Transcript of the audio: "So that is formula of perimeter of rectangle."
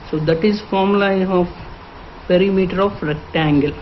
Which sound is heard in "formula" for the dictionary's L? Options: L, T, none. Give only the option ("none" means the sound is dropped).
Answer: none